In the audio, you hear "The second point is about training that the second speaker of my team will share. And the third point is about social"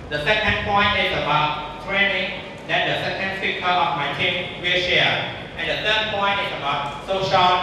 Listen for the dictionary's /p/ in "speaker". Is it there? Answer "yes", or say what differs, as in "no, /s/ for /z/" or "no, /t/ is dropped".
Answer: no, /p/ is dropped